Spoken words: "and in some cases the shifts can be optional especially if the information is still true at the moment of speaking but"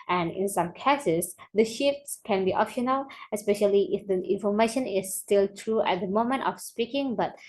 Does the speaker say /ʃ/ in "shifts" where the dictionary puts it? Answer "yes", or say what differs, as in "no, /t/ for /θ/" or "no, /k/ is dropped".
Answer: yes